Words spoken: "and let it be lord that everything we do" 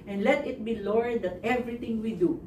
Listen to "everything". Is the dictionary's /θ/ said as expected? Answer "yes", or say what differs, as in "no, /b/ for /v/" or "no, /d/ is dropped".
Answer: no, /t/ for /θ/